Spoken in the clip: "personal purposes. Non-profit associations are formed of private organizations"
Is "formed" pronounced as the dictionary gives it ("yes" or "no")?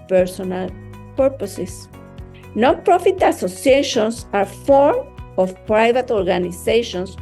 no